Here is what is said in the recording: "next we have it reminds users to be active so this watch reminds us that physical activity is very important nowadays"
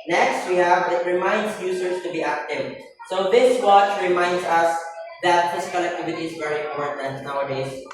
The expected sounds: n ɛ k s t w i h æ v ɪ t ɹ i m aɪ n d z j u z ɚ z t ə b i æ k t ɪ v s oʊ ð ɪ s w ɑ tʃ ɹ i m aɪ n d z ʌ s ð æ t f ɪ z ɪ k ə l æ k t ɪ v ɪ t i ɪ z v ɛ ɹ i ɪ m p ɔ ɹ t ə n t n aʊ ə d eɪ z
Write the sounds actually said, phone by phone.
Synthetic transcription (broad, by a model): n ɛ k s t w i h æ v ɪ t ɹ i m aɪ n d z j u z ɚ s t ə b i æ k t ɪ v s oʊ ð ɪ s w ɑ tʃ ɹ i m aɪ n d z ʌ s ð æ t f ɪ s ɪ k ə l æ k t ɪ v ɪ t i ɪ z v ɛ ɹ i ɪ m p ɔ ɹ t ə n t n aʊ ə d eɪ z